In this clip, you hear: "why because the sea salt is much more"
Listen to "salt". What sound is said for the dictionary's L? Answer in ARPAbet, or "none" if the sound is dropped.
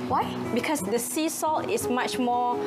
L